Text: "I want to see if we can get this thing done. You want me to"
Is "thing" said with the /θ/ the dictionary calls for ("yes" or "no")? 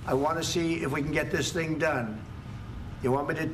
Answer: yes